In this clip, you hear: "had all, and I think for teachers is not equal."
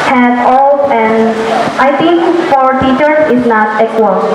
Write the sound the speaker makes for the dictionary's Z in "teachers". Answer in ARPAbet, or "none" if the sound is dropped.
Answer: none